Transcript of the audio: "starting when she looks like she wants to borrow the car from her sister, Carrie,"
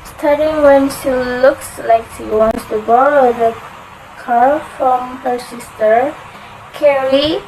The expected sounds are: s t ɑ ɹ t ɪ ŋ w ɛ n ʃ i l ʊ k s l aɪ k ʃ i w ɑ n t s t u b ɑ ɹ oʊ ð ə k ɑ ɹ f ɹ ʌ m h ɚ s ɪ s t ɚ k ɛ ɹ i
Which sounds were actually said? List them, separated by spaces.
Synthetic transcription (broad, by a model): s t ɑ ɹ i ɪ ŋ w ɛ n ʃ i l ʊ k s l aɪ k ʃ i w ɑ n t s t u b ɑ ɹ oʊ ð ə k ɑ ɹ f ɹ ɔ m h ɚ s ɪ s t ɚ k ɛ ɹ i